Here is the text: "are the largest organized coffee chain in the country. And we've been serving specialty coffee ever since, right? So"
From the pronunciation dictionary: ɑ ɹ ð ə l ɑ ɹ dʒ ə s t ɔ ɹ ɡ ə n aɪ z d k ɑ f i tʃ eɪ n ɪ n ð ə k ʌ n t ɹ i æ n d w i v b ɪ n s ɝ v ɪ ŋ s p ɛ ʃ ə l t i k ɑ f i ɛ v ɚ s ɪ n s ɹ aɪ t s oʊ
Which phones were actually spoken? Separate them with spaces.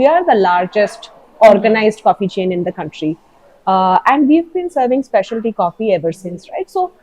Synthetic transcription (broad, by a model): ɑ ɹ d ə l ɑ ɹ dʒ ə s t ɔ ɹ ɡ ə n aɪ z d k ɑ f i tʃ eɪ n ɪ n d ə k ʌ n t ɹ i æ n d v i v b ɪ n s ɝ v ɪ ŋ s p ɛ ʃ ə l t i k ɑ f i ɛ v ɚ s ɪ n s ɹ aɪ t s oʊ